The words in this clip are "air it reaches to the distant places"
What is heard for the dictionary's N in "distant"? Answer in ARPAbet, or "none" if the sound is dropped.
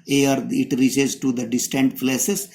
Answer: N